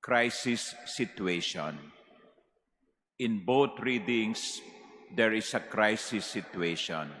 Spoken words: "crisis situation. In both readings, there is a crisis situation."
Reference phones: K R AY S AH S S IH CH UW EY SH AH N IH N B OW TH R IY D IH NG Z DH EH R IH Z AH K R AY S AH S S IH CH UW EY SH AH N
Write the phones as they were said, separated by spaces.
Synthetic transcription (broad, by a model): K R AY S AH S S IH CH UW EY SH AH N IH N B OW T R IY D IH NG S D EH R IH S AH K R AY S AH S S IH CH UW EY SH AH N